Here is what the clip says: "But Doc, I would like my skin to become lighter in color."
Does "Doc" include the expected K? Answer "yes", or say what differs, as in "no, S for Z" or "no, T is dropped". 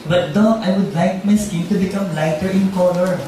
no, K is dropped